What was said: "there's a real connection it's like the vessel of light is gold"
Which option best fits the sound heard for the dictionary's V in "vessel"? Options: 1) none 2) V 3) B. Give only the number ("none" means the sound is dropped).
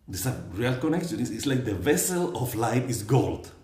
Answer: 2